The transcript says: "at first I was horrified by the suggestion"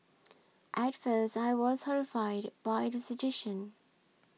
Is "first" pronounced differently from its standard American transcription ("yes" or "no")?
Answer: no